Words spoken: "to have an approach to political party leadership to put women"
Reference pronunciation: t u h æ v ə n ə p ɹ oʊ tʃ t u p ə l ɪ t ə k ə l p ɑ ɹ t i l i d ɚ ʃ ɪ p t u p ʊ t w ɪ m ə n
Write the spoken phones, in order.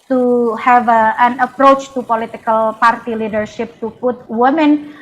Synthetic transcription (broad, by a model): t u h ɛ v ə n ə p ɹ oʊ tʃ t u p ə l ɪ t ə k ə l p ɑ ɹ t i l i d ɚ ʃ ɪ p t u p ʊ t w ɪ m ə n